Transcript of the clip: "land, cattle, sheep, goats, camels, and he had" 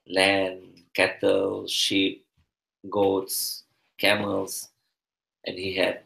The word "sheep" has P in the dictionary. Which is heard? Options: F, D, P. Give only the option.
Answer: P